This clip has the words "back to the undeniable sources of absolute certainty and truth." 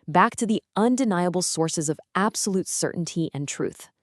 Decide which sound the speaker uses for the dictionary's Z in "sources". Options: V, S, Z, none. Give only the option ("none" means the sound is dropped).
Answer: Z